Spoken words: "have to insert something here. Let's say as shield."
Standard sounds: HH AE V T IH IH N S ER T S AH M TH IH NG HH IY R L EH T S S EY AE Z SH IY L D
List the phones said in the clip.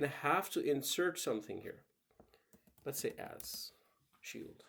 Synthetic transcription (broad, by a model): HH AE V T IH IH N S ER T S AH M TH IH NG HH IY R L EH T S S EY AE Z SH IY L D